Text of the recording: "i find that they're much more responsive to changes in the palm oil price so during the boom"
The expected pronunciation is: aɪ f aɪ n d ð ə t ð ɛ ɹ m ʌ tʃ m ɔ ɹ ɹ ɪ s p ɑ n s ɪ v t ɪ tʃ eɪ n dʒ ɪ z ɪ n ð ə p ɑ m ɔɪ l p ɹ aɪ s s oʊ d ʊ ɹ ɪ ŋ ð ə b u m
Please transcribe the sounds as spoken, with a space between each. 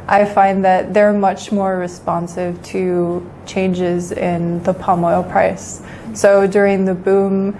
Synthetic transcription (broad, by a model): aɪ f aɪ n ð ə t ð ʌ ɹ m ʌ tʃ m ɔ ɹ ɹ ɪ s p ɑ n s ɪ v t ɪ tʃ eɪ n dʒ ɪ z ɪ n ð ə p ɑ m ɔɪ l p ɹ aɪ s s oʊ d ʊ ɹ ɪ ŋ ð ə b u m